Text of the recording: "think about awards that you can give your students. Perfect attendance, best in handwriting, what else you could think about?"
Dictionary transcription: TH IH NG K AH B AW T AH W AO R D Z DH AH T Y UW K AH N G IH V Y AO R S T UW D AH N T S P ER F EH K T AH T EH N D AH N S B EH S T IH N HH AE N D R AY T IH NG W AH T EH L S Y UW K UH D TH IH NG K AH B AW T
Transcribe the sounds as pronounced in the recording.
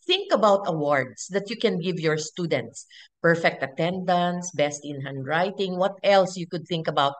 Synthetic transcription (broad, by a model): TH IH NG K AH B AW T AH W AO R D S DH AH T Y UW K AH N G IH V Y AO R S T UW D AH N T S P ER F EH K T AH T EH N D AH N S B EH S T IH N HH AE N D R AY T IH NG W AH T EH L S Y UW K UH D TH IH NG K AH B AW T